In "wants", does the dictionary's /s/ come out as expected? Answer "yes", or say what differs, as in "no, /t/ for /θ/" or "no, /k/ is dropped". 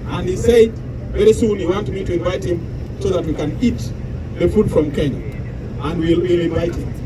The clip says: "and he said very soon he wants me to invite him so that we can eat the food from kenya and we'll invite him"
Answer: no, /s/ is dropped